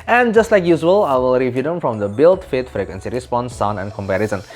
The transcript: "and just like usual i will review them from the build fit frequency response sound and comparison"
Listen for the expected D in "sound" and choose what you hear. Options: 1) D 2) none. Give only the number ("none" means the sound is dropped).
2